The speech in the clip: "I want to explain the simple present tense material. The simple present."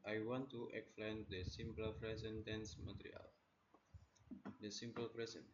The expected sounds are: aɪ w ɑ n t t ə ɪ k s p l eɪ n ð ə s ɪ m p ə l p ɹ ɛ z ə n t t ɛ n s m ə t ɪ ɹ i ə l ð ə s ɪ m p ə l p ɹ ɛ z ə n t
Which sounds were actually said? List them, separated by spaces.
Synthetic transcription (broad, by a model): aɪ w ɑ n t t ə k s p l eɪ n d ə s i m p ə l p ɹ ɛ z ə n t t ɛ n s m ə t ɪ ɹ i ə l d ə s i m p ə l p ɹ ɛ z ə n